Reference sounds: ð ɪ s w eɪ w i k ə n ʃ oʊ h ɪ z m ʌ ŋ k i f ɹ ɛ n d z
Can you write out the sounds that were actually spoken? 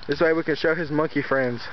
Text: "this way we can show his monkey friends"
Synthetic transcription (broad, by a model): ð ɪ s w eɪ w i k ə n ʃ oʊ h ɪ z m ʌ ŋ k i f ɹ ɛ n d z